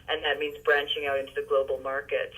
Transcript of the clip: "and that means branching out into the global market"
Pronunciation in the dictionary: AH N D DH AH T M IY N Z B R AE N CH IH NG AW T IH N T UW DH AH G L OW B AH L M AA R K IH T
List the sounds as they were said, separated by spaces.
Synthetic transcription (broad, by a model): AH N DH AH T M IY N Z B R AE N CH IH NG AW T IH N T UW DH AH G L OW B L M AA R K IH T